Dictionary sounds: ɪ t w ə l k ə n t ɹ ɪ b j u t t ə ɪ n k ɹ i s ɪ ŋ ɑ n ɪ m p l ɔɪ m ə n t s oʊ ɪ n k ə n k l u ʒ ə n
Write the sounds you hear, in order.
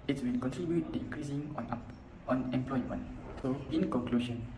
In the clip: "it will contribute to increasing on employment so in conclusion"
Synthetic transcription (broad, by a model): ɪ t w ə n k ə n t ɹ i b j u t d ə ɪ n k ɹ i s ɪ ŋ ɑ n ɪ m p l ɔɪ m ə n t s oʊ ɪ n k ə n k l u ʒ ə n